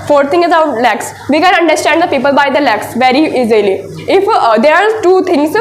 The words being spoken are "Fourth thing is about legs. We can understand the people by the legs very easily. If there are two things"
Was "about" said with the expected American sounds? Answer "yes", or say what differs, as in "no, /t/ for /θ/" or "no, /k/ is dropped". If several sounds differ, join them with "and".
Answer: no, /b/ is dropped